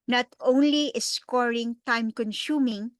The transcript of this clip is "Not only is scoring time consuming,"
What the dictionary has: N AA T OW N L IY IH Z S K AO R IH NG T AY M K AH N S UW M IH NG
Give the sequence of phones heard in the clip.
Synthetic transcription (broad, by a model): N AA T OW N L IY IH S K AO R IH NG T AY M K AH N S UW M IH NG